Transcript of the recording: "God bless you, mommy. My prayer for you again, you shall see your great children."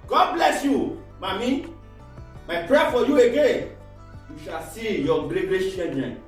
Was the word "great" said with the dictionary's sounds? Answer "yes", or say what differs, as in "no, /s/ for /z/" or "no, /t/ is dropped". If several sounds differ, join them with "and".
no, /l/ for /ɹ/